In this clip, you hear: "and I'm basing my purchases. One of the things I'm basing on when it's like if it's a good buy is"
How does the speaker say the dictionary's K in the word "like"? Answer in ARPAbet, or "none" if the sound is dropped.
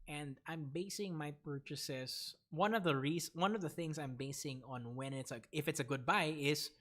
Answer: none